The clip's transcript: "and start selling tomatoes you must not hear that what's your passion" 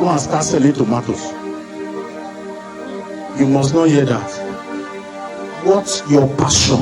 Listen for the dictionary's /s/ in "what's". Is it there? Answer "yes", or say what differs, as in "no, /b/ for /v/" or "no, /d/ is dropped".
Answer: no, /s/ is dropped